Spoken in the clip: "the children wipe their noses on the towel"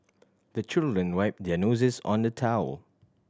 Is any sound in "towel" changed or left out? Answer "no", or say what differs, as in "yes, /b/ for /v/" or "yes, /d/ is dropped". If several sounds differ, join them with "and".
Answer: no